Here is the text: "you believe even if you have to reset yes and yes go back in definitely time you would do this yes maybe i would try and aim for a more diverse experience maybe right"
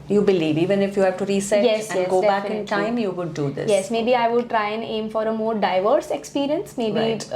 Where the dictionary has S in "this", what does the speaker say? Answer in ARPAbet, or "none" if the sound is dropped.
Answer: none